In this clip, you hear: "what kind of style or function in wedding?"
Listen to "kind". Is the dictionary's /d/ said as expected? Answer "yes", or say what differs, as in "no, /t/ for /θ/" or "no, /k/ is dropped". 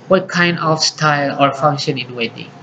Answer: yes